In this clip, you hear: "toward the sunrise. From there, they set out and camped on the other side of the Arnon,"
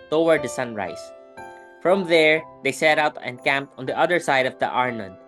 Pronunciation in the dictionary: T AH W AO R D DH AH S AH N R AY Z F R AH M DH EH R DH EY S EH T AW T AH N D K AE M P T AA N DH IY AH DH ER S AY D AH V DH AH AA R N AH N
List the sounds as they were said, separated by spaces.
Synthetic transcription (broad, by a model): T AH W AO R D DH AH S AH N R AY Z F R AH M DH EH R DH EY S EH T AW T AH N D K AE M P T AA N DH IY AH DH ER S AY D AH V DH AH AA R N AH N